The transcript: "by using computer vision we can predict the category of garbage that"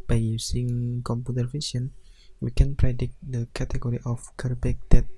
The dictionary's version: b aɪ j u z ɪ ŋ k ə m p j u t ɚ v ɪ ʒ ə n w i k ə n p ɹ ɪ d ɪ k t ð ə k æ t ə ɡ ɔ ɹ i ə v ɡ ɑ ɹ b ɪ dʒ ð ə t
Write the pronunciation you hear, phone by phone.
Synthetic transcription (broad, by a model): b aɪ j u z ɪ ŋ k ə m p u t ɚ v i s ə n w i k ə n p ɹ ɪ d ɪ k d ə k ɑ t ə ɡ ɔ ɹ i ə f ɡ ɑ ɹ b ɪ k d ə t